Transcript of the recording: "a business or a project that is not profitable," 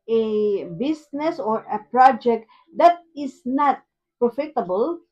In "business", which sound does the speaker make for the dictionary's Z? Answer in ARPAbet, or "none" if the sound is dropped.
S